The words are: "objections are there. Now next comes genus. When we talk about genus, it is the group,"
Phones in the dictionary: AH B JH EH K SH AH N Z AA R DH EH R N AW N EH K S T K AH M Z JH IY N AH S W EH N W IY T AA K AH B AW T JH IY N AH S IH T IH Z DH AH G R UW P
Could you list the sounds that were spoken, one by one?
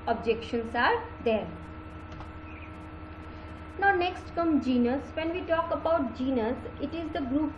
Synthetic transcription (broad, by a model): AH B JH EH K SH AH N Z AA R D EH R N AW N EH K S T K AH M JH IY N AH S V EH N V IY T AA K AH B AW T JH IY N AH S IH T IH Z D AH G R UW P